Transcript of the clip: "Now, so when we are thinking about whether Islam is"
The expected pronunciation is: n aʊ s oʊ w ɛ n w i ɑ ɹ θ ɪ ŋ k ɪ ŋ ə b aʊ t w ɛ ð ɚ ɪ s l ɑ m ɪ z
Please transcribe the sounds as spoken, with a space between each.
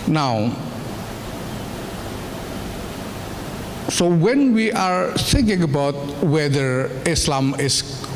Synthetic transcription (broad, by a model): n aʊ s oʊ w ɛ n w i ɑ ɹ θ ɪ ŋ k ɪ ŋ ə b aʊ t w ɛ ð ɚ ɪ s l ɑ m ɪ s